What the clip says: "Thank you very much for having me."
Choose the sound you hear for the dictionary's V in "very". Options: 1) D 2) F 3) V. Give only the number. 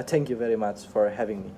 3